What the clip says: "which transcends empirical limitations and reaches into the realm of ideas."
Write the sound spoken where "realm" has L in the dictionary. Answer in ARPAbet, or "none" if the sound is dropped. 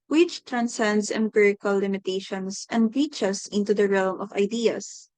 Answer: L